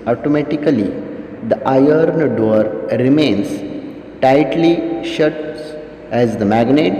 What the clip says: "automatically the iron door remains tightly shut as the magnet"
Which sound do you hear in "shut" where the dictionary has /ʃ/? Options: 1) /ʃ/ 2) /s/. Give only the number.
1